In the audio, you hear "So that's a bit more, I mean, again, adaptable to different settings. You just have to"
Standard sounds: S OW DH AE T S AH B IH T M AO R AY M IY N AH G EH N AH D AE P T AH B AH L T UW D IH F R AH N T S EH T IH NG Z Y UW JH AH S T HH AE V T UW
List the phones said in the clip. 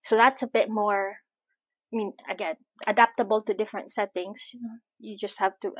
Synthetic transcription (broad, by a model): S OW DH AE T S AH B IH T M AO R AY M IY N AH G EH AH D AE P T AH B AH L T UW D IH F R AH N T S EH T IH NG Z Y UW JH AH S T HH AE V T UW